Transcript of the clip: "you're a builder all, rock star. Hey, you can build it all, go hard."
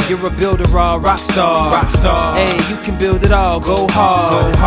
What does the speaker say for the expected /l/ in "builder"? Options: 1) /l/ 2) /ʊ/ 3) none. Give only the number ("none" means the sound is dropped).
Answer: 1